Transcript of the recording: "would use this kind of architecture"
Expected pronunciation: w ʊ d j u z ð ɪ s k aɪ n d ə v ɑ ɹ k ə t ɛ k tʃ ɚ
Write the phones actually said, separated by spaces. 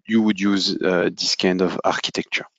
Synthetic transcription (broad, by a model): w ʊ d j u z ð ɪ s k aɪ n d ə v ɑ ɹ k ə t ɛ k tʃ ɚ